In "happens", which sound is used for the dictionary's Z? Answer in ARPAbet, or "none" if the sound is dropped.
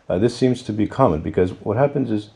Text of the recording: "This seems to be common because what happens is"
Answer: Z